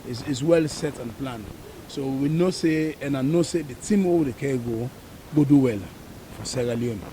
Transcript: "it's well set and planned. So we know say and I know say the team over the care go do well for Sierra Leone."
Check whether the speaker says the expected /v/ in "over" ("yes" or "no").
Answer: no